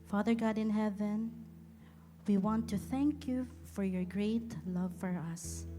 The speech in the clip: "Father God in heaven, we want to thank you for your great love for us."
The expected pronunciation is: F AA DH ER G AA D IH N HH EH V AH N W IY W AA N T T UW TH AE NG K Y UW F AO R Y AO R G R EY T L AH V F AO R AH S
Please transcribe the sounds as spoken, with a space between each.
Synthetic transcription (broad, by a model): F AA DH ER G AA D IH N HH EH V AH N W IY W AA N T T UW TH AE NG K Y UW F AO R Y AO R G R EY T L AH V F AO R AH S